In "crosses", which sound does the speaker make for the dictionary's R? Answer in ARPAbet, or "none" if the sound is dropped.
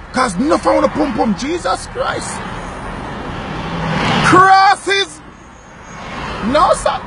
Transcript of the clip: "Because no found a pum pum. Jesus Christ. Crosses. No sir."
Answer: R